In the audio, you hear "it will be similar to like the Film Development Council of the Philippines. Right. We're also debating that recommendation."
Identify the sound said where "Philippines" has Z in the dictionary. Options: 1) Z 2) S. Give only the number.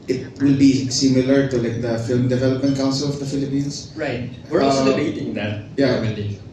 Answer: 2